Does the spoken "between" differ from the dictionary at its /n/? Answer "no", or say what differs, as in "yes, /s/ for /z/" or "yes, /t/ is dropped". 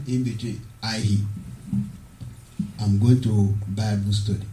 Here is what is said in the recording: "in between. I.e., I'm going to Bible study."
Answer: yes, /n/ is dropped